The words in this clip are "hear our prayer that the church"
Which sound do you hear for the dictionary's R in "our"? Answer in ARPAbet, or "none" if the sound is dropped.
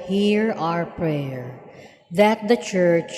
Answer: R